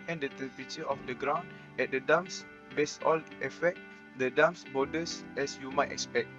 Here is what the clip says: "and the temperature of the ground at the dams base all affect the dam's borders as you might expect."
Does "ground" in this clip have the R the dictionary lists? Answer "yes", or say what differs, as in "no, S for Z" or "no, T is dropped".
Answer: yes